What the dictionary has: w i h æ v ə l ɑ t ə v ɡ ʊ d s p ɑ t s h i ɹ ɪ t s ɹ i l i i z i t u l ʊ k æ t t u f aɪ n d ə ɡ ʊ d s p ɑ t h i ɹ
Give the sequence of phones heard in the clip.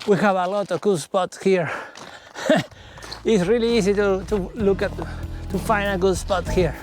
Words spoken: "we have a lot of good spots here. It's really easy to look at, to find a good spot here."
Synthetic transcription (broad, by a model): w i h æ v ə l ɑ t ə v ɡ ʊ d s p ɑ t s h i ɹ ɪ t s ɹ i l i i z i t u l ʊ k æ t t u f aɪ n d ə ɡ ʊ d s p ɑ t h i ɹ